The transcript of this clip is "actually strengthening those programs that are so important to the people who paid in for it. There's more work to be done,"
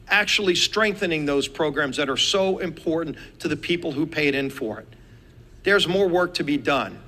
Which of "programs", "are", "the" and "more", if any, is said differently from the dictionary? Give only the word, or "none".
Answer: none